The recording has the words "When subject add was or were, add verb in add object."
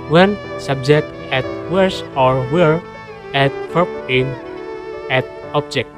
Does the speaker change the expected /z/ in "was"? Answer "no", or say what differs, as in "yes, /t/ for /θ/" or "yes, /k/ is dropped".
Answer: yes, /s/ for /z/